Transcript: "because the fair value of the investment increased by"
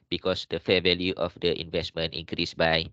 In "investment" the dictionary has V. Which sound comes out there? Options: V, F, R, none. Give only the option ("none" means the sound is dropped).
V